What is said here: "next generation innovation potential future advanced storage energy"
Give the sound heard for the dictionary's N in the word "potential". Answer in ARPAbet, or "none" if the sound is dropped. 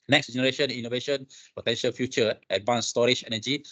N